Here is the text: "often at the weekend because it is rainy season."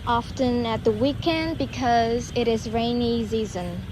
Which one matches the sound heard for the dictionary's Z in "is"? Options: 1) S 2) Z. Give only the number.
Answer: 2